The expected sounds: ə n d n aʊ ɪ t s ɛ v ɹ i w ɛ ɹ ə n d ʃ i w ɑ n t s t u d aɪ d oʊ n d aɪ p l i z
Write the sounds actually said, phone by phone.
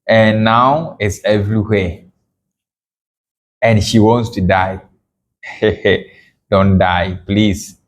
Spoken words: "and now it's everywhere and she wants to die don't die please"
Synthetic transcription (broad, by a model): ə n n aʊ ɪ t s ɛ v ɹ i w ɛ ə n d ʃ i w ɑ n t s t u d aɪ d oʊ n d aɪ p l i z